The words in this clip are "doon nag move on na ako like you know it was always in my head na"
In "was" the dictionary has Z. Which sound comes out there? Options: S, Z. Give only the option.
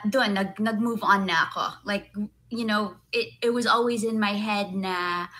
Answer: Z